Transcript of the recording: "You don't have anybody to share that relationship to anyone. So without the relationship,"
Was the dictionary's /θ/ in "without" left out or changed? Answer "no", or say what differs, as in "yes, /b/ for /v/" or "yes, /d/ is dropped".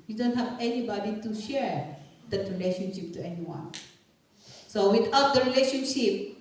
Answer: yes, /t/ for /θ/